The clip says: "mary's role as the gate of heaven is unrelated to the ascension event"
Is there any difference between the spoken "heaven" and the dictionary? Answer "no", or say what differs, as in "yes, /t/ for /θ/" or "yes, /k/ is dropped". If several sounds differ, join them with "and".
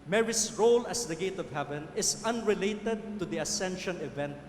no